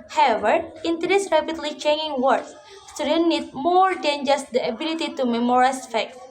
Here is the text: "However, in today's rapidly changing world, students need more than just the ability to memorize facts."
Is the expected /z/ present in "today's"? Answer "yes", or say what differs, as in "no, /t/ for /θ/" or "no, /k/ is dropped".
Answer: no, /s/ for /z/